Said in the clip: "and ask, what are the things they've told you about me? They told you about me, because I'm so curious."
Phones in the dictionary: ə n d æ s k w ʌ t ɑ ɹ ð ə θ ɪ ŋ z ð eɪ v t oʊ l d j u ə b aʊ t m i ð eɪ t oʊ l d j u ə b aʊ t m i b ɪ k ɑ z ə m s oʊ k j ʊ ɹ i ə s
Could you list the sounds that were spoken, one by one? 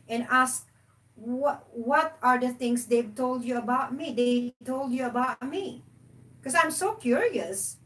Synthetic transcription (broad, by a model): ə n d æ s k w ʌ t ɑ ɹ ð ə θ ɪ ŋ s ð eɪ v t oʊ l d j u ə b aʊ t m i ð eɪ t oʊ l d j u ə b aʊ t m i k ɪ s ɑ ə m s oʊ k j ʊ ɹ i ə s